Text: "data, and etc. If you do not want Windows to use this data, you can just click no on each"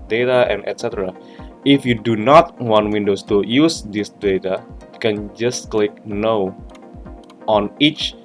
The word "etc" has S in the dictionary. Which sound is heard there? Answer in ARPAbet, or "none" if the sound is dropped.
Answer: S